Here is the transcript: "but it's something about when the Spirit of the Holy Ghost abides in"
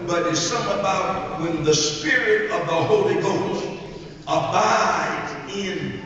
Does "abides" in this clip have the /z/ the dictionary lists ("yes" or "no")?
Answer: no